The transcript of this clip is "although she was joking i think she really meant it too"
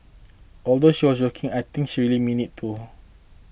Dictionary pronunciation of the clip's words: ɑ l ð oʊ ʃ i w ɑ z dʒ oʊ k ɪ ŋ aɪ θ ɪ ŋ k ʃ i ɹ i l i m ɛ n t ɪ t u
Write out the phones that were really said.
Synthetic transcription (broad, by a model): ɑ l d oʊ ʃ i w ɑ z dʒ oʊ k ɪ ŋ aɪ t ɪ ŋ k ʃ i ɹ i l i m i n ɪ t u